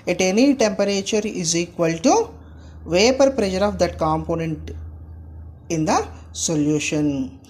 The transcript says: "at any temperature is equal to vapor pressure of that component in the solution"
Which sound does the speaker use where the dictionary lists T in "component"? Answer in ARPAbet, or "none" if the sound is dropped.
T